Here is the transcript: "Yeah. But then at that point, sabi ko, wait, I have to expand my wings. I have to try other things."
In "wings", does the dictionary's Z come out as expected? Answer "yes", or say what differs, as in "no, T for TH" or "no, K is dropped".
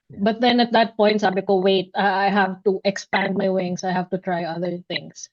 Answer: no, S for Z